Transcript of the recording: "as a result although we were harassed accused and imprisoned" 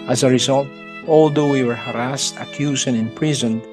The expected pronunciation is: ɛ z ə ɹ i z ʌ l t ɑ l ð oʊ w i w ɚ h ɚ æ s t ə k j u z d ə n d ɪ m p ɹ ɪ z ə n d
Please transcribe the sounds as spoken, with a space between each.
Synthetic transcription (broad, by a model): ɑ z ə ɹ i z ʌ l t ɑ l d oʊ w i w ɚ h ɚ æ s t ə k j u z ə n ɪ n p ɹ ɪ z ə n